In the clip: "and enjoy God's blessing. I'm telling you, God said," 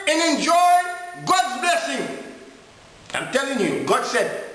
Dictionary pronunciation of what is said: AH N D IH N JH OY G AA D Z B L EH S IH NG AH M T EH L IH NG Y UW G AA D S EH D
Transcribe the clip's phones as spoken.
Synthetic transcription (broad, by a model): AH N IH N JH OY G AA D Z B L EH S IH NG AH M T EH L IH NG Y UW G AA D S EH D